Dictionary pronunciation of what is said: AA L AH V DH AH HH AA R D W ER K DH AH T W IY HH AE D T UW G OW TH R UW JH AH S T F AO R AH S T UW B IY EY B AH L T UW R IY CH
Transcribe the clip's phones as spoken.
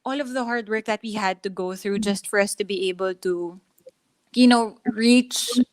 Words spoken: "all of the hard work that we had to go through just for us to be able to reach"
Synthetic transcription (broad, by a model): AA L AH V DH AH HH AA R D W ER K DH AH T W IY HH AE D T UW G OW TH R UW JH AH S T F AO R AH S T UW B IY EY B AH L T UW R IY CH